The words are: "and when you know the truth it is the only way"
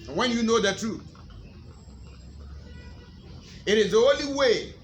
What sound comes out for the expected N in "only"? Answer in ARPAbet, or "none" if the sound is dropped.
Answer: none